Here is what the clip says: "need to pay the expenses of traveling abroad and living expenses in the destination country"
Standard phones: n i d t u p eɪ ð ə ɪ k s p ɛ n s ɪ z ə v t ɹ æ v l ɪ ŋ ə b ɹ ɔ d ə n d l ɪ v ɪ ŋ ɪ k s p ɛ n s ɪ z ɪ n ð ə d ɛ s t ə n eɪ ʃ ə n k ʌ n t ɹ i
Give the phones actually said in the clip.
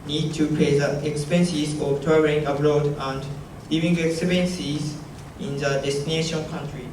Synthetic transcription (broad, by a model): n i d t u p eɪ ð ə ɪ k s p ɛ n s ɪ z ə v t ɔ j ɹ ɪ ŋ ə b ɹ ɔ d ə n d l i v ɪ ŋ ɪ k s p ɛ n s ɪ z ɪ n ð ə d ɛ s t ə n eɪ ʃ ə n k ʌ n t ɹ i